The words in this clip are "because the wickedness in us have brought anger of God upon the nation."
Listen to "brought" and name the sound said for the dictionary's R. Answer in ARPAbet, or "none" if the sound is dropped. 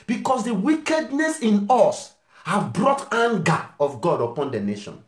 R